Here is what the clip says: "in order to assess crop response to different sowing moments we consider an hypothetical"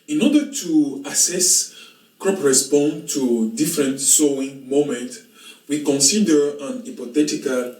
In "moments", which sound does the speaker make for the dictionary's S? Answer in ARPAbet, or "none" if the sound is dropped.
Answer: none